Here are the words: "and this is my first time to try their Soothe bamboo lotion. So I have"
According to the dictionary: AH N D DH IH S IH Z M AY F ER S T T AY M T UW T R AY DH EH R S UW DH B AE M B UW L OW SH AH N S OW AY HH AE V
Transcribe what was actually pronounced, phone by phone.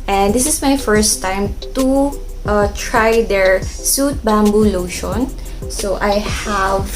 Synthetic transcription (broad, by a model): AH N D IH S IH S M AY F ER S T T AY M T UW T R AY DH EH R S UW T B AE M B UW L OW SH AH N S OW AY HH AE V